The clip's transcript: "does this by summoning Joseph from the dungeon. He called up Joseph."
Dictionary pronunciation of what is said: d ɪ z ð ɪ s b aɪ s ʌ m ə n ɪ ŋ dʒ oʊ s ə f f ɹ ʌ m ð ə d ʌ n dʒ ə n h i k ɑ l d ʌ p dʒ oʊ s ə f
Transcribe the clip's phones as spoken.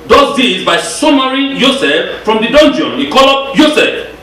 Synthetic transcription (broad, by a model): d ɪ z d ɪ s b aɪ s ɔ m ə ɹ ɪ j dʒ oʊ s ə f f ɹ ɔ m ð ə d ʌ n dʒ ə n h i k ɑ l ʌ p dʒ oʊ s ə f